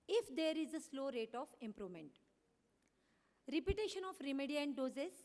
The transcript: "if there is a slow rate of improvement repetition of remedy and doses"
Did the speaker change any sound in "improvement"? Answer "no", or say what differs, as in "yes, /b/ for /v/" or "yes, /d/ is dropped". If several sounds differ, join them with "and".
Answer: no